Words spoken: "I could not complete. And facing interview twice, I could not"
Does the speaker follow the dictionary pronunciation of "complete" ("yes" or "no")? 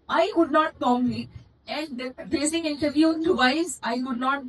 no